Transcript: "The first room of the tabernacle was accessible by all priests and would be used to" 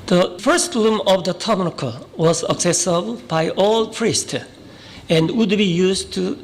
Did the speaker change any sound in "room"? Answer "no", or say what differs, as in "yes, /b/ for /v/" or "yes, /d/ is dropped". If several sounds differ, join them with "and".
yes, /l/ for /ɹ/